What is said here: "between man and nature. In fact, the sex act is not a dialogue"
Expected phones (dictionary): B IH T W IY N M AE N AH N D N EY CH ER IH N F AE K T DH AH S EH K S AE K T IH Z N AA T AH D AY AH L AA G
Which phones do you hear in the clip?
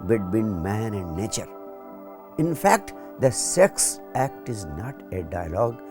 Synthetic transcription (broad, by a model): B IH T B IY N M AE N AH N D N EY CH ER IH N F AE K T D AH S EH K S AE K T IH Z N AA T AH D AY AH L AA G